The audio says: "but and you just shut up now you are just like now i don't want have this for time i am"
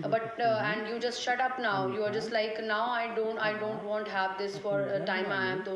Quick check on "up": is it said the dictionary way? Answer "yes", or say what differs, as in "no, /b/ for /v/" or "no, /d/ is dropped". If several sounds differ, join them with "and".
yes